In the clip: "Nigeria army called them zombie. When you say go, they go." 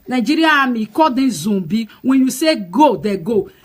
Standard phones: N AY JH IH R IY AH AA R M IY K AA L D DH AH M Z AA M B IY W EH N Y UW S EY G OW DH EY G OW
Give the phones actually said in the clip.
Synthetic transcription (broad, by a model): N AY JH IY R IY AA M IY K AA D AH Z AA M B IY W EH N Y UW S EY G OW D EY G OW